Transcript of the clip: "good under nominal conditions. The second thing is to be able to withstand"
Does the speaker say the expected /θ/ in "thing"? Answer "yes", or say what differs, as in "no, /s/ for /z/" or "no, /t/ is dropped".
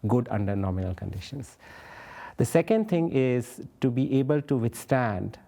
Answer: no, /t/ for /θ/